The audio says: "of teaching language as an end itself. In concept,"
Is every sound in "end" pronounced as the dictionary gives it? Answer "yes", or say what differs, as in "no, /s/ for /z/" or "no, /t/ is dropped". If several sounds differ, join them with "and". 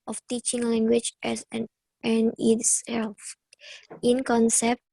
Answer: no, /d/ is dropped